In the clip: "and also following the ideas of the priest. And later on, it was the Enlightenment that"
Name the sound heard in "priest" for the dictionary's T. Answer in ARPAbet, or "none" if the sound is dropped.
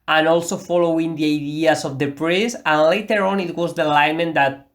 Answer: none